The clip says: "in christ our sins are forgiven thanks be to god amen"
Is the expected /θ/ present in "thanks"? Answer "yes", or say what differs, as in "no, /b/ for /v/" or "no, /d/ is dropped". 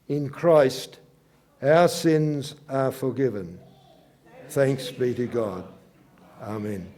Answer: yes